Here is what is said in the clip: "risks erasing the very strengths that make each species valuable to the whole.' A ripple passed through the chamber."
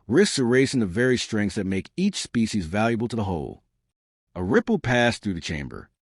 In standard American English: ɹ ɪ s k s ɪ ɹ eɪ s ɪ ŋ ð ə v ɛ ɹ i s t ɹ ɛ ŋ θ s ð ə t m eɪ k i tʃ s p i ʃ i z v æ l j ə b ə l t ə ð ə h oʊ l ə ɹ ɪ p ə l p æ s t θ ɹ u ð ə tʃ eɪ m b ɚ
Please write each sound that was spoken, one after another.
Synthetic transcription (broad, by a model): ɹ ɪ s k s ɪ ɹ eɪ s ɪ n ð ə v ɛ ɹ i s t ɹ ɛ ŋ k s ð ə t m eɪ k i tʃ s p i ʃ i z v æ l j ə b l t ə ð ə h oʊ l ə ɹ ɪ p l p æ s θ ɹ u ð ə tʃ eɪ m b ɚ